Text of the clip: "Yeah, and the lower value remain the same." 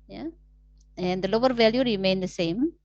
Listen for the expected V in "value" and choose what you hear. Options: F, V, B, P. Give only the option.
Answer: V